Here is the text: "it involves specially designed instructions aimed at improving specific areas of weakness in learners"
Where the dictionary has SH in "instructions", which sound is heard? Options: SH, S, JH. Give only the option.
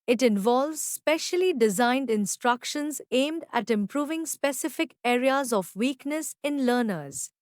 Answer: SH